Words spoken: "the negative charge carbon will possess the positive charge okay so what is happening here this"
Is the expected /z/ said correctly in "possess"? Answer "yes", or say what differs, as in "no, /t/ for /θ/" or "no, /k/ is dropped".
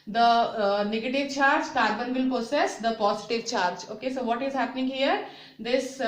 no, /s/ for /z/